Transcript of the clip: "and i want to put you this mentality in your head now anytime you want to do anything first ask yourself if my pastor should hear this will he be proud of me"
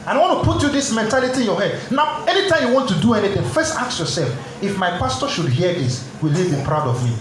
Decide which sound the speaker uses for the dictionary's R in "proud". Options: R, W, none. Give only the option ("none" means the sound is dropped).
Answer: R